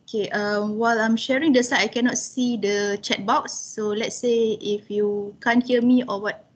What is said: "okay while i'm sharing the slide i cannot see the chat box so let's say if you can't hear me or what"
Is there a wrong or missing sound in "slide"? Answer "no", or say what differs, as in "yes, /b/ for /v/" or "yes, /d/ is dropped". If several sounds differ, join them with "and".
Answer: yes, /l/ is dropped